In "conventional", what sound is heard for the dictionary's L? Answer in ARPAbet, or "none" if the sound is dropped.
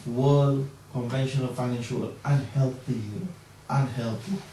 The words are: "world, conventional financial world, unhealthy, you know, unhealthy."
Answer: N